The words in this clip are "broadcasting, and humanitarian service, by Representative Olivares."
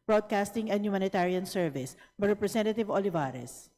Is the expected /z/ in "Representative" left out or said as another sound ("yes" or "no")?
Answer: yes